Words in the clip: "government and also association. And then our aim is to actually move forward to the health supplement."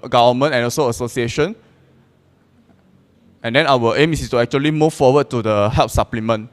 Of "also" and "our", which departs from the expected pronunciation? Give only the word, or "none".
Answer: our